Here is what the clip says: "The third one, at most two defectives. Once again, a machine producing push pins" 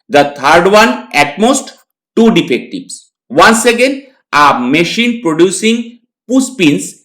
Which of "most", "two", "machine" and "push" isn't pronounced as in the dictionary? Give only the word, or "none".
push